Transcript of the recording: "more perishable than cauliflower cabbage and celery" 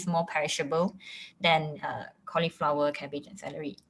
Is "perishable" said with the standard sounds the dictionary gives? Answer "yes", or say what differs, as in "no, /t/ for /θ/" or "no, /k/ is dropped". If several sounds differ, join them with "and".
yes